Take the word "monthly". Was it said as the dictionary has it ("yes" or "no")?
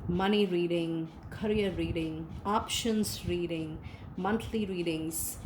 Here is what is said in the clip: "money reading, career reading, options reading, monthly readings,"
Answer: no